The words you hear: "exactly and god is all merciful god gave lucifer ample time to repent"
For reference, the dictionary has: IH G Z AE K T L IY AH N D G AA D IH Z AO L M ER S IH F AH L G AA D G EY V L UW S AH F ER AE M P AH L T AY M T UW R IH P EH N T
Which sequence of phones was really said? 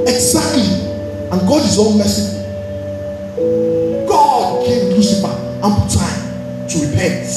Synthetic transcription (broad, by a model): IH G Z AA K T L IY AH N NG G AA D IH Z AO N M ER S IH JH G AA D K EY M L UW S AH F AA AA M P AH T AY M T UW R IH P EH N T